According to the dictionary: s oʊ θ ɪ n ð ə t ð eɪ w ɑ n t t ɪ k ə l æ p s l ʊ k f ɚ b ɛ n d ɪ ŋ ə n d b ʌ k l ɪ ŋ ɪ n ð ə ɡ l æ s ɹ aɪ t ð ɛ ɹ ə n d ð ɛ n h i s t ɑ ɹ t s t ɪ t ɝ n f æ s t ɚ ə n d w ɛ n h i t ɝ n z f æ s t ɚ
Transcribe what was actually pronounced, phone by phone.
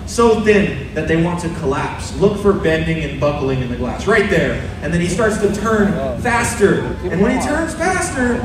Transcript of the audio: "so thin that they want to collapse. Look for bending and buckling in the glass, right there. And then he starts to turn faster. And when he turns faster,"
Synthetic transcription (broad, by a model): s oʊ θ ɪ n ð ə t ð eɪ w ɑ n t t ɪ k ə l æ p s l ʊ k f ɚ b ɛ n d ɪ ŋ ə n b ʌ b l ɪ ŋ ɪ n ð ə ɡ l æ s ɹ aɪ t ð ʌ ɹ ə n ð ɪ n i s t ɑ ɹ t s t ɪ t ɝ n f æ s t ɚ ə n w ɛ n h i t ɝ n z f æ s t ɚ